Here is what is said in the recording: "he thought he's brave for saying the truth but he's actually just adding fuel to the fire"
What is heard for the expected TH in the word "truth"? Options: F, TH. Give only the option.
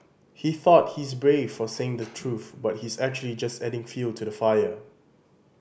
TH